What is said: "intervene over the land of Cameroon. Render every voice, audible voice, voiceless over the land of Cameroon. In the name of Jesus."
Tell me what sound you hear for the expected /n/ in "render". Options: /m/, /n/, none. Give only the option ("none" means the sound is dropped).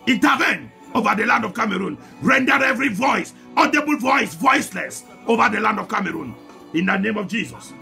/n/